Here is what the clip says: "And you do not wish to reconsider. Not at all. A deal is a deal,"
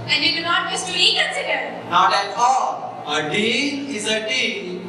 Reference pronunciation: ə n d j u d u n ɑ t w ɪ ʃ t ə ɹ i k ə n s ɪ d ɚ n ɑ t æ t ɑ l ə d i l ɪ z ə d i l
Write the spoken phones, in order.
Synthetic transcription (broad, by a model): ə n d j u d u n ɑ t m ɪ s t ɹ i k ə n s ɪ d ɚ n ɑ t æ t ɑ ə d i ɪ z ə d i